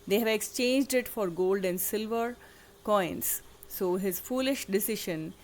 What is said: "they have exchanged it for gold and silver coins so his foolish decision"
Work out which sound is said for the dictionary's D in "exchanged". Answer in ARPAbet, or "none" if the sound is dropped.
D